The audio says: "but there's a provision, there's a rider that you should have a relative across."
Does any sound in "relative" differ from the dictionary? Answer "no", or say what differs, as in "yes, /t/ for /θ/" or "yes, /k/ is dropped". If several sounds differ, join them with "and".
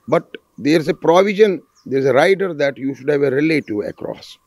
yes, /v/ is dropped